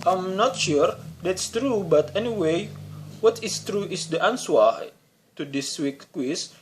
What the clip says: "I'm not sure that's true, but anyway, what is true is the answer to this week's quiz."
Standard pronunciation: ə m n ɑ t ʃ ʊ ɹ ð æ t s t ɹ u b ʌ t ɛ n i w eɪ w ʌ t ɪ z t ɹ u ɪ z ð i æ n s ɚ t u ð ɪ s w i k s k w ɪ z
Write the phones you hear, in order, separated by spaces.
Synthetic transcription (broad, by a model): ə m n ɑ t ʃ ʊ ɹ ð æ t s t ɹ u b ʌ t ɛ n i w eɪ w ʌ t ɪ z t ɹ u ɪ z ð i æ n s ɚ t u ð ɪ s w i k k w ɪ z